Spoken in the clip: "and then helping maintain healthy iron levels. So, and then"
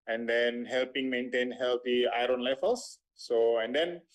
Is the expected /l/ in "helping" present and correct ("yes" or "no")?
yes